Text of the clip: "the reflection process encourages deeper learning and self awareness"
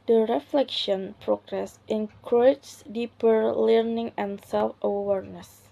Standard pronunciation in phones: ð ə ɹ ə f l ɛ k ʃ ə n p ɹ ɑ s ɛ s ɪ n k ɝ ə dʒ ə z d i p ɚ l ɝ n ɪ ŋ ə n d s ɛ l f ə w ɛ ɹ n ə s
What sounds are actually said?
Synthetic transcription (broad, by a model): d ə ɹ ə f l ɛ k ʃ ə n p ɹ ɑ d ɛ s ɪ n k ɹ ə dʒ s d i p ɚ l ɝ n ɪ ŋ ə n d s ɛ l f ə w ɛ ɹ n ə s